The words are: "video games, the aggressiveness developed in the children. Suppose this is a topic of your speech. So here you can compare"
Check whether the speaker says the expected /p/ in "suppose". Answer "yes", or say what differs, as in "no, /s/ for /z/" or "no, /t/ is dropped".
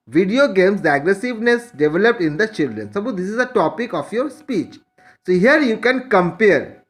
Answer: no, /b/ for /p/